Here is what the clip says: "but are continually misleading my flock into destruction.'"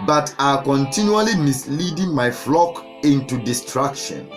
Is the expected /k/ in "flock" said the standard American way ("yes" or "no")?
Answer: yes